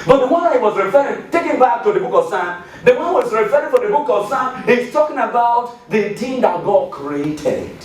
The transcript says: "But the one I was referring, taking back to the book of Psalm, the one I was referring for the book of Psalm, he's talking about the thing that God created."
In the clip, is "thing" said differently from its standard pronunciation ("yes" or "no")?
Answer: yes